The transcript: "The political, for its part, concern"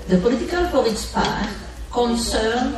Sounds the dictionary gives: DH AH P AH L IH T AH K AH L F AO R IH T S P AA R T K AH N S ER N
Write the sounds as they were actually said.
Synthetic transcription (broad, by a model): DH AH P AH L IH T AH K AH L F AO L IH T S P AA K K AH N S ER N